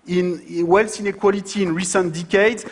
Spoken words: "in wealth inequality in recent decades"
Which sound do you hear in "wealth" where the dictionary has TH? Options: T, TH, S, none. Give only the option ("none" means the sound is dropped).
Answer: S